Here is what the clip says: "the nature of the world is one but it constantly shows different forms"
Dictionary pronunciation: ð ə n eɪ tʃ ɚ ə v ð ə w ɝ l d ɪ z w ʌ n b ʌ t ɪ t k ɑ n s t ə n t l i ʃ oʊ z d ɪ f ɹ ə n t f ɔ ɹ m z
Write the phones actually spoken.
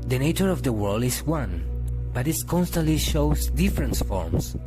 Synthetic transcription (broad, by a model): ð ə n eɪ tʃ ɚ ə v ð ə w ɝ l d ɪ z w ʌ n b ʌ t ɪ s k ɑ n s t ə n t l i ʃ oʊ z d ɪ f ɹ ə n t f ɔ ɹ m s